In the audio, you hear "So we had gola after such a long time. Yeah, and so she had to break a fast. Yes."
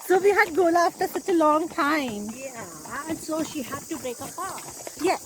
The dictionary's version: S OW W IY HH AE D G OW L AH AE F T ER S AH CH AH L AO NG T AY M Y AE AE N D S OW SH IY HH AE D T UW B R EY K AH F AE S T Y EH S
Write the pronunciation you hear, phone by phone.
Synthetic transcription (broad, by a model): S OW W IY HH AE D G OW L AH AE F T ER S AH CH AH L AO NG T AY M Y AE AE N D S OW SH IY HH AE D T UW B R EY K AH P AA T Y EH